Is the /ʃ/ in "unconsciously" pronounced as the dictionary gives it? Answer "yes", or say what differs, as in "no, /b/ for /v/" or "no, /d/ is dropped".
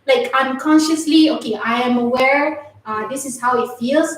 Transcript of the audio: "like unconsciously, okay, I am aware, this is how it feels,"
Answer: yes